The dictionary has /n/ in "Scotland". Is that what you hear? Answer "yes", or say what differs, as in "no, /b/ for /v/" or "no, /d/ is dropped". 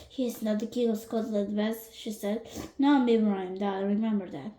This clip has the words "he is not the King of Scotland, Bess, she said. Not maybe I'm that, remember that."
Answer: no, /n/ is dropped